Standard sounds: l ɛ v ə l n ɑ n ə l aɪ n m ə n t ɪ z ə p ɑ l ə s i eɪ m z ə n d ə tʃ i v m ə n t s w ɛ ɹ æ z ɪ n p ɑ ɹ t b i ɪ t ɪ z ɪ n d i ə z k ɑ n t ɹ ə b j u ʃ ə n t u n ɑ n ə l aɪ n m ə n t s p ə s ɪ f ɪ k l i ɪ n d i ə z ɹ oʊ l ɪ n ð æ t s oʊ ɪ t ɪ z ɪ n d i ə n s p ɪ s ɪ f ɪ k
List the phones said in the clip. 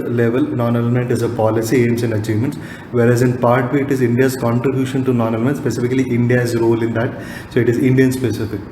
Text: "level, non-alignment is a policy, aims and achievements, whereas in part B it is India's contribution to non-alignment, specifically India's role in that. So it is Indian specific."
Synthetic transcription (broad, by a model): l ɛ v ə l n ɑ n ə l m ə n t ɪ z ə p ɑ l ə s i eɪ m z ə n d ə tʃ i v m ə n t s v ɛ ɹ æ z ɪ n p ɑ ɹ t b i ɪ t ɪ z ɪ n d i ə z k ɑ n t ɹ ə b j u ʃ ə n t u n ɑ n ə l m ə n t s p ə s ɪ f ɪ k l i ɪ n d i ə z ɹ oʊ l ɪ n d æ t s oʊ ɪ t ɪ z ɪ n d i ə n s p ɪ s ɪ f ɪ k